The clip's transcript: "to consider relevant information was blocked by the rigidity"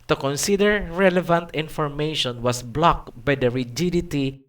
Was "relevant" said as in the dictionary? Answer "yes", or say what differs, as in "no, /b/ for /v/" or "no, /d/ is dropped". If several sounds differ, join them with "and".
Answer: yes